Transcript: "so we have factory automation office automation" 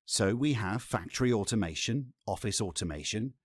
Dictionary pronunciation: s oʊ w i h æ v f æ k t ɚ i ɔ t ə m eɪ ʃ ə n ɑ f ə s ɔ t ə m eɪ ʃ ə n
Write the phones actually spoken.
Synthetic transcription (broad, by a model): s oʊ w i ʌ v f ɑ k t ɚ i ɔ t ə m eɪ ʃ ə n ɑ f ə s ɔ t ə m eɪ ʃ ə n